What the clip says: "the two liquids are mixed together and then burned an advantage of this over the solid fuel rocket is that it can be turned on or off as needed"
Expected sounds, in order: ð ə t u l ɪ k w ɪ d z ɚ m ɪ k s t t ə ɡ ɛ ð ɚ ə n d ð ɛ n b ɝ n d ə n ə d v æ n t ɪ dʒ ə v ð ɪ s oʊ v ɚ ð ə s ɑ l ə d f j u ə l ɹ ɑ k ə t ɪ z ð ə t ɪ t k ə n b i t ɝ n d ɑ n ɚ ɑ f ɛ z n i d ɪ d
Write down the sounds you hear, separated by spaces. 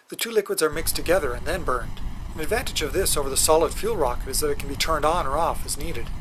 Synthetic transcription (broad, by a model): ð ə t u l ɪ k w ɪ d z ɚ m ɪ k s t t ə ɡ ɛ ð ɚ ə n ð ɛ n b ɝ n d ə n ə d v æ n t ɪ dʒ ə v ð ɪ s oʊ v ɚ ð ə s ɑ l ə d f j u l ɹ ɑ k ə t ɪ z ð ə t ɪ t k n b i t ɝ n d n ɚ ɑ f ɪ z n i d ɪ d